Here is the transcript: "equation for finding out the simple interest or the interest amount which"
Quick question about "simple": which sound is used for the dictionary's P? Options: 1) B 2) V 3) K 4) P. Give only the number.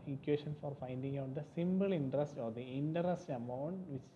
1